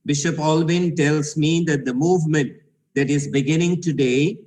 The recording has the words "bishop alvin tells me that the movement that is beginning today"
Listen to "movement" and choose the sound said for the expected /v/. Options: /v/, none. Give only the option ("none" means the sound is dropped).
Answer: /v/